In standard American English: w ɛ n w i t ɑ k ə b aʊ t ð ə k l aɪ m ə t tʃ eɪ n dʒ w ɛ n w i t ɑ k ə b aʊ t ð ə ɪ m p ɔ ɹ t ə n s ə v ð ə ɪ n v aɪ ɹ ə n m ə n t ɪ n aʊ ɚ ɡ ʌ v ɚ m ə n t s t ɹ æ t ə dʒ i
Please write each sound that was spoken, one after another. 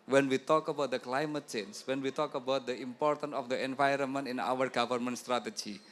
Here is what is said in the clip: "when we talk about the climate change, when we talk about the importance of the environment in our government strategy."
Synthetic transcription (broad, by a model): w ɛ n w i t ɑ k ə b aʊ t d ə k l aɪ m ə t tʃ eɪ n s w ɛ n w i t ɑ k ə b aʊ t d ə ɪ m p ɔ ɹ t ə n s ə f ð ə ɪ n v aɪ ɹ ə n m ə n t ɪ n aʊ ɚ ɡ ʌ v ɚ m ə n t s t ɹ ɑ t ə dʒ i